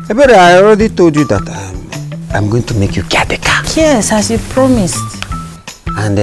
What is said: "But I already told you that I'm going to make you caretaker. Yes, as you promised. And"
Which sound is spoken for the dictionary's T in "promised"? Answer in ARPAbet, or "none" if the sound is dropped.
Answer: T